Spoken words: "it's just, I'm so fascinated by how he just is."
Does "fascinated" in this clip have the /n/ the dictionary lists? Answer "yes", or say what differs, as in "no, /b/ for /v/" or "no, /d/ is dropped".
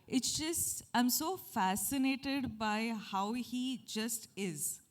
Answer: yes